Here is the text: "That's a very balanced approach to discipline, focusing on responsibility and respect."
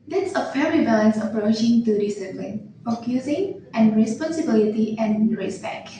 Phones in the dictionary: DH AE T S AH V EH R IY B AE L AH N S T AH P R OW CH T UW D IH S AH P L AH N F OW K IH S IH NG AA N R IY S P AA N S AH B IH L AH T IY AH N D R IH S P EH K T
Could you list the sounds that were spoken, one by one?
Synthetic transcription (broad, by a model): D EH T S AH F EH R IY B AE L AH N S AH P R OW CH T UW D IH S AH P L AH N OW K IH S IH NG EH N R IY S P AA N S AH B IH L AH T IY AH N R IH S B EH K